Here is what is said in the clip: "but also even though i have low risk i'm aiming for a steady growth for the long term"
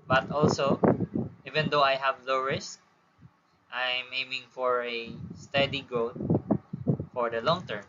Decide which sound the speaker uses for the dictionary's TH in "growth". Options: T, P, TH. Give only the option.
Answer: T